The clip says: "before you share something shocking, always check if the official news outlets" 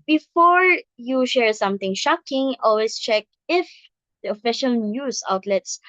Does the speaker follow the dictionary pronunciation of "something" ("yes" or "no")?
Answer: no